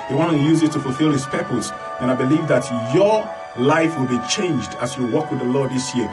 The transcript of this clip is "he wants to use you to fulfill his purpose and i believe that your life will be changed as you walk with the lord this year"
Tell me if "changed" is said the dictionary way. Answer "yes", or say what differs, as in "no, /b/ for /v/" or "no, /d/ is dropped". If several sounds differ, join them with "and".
yes